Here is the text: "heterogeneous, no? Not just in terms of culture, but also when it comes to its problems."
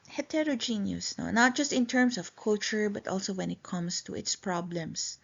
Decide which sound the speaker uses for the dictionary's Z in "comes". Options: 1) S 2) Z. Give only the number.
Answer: 1